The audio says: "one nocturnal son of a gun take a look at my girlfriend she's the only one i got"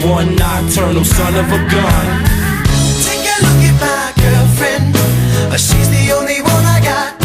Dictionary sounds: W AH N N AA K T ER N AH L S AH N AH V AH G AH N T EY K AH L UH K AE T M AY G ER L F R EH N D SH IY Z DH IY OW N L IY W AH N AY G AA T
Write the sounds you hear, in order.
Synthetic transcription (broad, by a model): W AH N N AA T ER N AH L S AH N AH V AH G AH N T EY K AH L UH K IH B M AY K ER F R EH N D SH IY Z DH IY OW N L IY W AH N AY G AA T